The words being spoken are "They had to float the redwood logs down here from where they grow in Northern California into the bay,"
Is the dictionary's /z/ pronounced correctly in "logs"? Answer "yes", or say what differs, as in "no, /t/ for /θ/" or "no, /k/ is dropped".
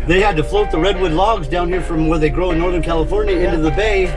yes